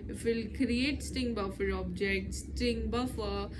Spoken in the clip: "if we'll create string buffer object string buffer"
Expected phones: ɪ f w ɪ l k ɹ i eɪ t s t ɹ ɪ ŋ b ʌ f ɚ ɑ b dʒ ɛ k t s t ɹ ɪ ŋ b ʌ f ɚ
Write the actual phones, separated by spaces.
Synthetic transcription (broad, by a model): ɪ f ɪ l k ɹ i eɪ t s t ɪ ŋ b ʌ f ɚ ɑ b dʒ ɛ k t s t ɪ ŋ b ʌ f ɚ